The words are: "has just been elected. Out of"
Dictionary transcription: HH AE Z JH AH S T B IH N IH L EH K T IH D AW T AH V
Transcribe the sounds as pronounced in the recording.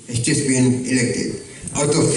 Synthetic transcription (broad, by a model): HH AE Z JH AH S T B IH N IH L EH K T IH D AW T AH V